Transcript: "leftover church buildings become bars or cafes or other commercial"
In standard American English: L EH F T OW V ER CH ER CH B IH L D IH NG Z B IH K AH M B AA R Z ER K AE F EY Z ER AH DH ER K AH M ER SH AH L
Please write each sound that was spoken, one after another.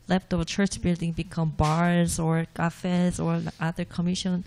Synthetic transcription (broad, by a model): L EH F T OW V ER CH ER CH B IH L D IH NG B IH K AH M B AA R Z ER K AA F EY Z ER AH DH ER K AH M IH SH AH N